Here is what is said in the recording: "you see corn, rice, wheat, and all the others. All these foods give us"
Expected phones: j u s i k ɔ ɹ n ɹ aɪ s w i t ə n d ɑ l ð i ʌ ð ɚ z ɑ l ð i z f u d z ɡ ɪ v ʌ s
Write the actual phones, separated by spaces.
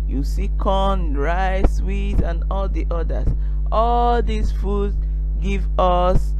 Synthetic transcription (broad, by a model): j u s i k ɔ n ɹ aɪ s w i t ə n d ɑ l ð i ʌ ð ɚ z ɑ l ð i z f u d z ɡ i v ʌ s